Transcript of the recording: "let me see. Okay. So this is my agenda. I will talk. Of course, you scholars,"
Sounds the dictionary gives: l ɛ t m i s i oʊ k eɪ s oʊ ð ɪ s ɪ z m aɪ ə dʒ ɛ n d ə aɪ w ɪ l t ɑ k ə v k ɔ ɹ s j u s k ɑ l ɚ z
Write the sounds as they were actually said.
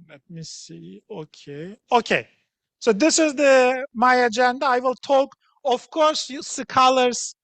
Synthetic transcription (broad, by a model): l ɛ t m i s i oʊ k eɪ s oʊ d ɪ s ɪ z m aɪ ə dʒ ɛ n d ə aɪ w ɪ l t ɑ k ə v k ɔ ɹ s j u s k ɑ l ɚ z